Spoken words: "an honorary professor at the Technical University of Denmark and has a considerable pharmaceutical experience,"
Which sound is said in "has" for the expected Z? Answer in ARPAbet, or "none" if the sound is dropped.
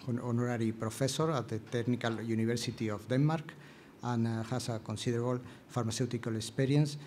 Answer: S